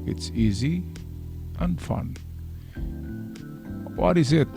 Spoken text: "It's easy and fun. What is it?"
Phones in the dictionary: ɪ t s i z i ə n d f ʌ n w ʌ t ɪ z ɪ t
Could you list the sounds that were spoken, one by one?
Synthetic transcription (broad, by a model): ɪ t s i z i ə n d f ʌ n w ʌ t ɪ z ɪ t